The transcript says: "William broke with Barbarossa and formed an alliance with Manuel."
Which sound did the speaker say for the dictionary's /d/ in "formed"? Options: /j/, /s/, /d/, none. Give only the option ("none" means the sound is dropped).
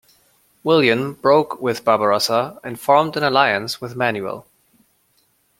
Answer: /d/